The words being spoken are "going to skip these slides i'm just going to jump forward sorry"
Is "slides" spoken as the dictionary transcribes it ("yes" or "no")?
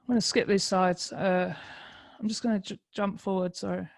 no